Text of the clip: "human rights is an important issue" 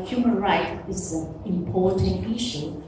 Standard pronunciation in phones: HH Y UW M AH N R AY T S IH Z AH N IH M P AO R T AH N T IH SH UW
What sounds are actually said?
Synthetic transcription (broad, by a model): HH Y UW M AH N R AY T IH Z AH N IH M P AO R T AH N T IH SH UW